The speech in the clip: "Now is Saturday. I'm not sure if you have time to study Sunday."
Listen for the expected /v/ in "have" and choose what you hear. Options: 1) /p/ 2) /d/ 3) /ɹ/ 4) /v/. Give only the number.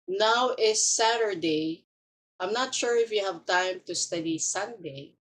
4